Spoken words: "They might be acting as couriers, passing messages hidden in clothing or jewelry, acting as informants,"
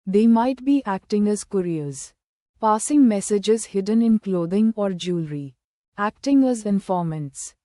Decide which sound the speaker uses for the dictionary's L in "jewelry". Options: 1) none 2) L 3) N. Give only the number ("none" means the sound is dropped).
2